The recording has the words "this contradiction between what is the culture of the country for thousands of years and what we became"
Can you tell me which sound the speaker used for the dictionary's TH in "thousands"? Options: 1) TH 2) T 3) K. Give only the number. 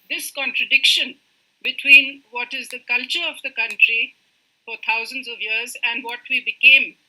2